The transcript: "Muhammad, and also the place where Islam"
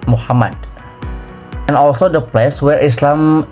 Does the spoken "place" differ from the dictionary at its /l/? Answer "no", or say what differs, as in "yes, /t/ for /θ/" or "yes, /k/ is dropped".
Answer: no